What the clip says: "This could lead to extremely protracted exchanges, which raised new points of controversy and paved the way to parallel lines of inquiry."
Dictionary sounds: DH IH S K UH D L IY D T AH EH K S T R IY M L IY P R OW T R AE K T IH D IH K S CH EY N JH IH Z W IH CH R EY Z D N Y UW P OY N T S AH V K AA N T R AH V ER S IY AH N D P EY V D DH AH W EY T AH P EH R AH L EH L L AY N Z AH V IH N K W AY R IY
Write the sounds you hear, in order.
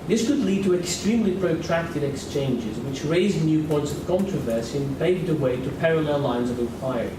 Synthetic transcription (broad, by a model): DH IH S K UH D L IY D T AH EH K S T R IY M L IY P R OW T R AE K T IH D IH K S CH EY N JH IH Z W IH CH R EY Z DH N Y UW P OY N T S AH V K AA N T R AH V ER S IY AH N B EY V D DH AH W EY T AH P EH R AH L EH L L AY N Z AH V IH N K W AY R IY